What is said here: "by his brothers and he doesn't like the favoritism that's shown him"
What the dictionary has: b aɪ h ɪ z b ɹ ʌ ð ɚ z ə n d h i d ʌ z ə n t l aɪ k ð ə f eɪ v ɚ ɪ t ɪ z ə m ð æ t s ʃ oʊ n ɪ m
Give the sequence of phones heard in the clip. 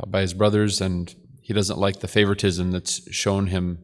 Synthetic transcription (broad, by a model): b aɪ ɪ z b ɹ ʌ ð ɚ z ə n h i d ʌ z ə n t l aɪ k ð ə f eɪ v ɚ ɪ t ɪ z ə m ð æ t s ʃ oʊ n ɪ m